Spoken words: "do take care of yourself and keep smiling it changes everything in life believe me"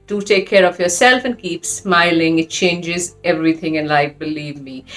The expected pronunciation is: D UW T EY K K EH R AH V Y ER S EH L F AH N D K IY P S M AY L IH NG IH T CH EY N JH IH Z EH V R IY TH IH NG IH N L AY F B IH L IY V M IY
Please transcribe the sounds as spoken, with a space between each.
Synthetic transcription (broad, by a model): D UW T EY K K EH R AH V Y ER S EH L F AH N K IY P S M AY L IH NG IH T CH EY N JH IH Z EH V R IY TH IH NG IH N L AY F B IH L IY V M IY